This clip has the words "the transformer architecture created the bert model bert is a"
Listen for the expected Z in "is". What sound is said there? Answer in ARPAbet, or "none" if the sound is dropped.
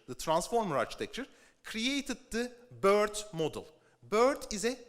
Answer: Z